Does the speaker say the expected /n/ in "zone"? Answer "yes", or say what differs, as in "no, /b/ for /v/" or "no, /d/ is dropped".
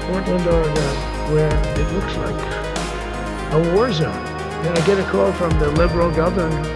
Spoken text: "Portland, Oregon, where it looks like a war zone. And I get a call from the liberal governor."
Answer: no, /n/ is dropped